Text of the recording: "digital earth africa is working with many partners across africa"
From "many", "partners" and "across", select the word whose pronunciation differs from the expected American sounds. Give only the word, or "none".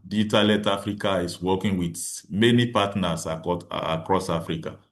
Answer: partners